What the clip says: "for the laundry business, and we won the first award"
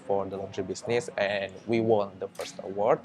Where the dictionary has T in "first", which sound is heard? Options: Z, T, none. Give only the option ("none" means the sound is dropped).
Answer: T